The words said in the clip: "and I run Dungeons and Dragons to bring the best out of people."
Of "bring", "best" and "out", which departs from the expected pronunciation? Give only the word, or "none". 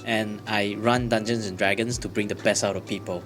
best